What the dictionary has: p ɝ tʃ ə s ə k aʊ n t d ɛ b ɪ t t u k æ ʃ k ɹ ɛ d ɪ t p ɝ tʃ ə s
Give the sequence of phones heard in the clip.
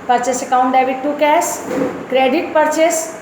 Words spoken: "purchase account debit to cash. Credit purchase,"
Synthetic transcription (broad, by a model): p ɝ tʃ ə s ə k aʊ n t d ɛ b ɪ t t u k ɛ s k ɹ ɛ d ɪ t p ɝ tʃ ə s